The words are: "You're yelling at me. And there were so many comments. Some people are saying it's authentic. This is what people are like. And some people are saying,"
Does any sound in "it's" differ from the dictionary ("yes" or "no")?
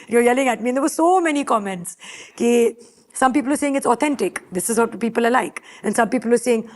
no